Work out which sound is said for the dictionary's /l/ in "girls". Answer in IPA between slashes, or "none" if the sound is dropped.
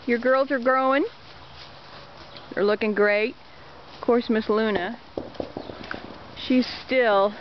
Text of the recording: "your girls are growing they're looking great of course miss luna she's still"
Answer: /l/